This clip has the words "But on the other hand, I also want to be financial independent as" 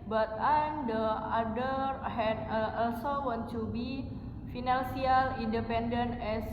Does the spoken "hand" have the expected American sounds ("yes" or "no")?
no